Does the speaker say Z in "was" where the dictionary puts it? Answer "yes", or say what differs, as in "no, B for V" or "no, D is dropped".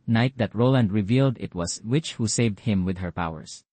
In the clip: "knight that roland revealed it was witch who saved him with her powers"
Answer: no, S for Z